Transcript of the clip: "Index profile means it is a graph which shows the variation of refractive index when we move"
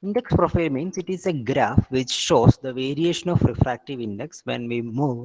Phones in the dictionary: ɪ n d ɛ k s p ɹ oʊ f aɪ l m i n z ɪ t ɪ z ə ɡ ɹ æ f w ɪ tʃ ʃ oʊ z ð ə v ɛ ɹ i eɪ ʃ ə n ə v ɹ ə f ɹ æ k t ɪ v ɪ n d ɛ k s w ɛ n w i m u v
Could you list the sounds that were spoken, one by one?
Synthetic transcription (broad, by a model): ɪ n d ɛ k s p ɹ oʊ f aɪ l m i n s ɪ t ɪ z ə ɡ ɹ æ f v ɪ tʃ ʃ oʊ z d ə v ɛ ɹ i eɪ ʃ ə n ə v ɹ ə f ɹ æ k t ɪ v ɪ n d ɛ k s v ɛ n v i m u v